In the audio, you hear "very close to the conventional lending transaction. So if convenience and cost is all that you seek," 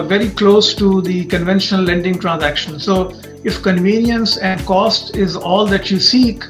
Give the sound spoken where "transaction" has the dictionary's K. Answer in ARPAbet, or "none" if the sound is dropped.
K